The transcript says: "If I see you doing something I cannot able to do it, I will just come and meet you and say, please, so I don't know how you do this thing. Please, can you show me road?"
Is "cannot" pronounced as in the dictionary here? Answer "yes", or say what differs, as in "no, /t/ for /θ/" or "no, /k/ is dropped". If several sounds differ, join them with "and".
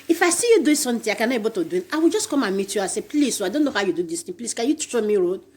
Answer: no, /t/ is dropped